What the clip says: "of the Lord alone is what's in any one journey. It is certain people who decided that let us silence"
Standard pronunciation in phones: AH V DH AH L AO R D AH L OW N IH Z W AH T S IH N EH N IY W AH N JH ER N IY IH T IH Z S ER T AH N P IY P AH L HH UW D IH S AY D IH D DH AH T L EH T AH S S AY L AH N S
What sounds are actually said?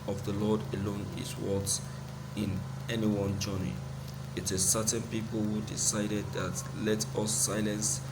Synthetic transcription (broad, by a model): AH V DH AH L AO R D AH L OW N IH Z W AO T IH N EH N IY W AH N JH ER N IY IH T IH S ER T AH N P IY P AH L HH UW D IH S AY D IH D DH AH T L EH T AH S S AY L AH N S